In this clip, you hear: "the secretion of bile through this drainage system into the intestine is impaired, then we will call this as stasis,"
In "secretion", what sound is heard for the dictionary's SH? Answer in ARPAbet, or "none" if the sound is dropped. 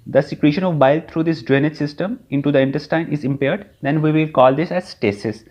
SH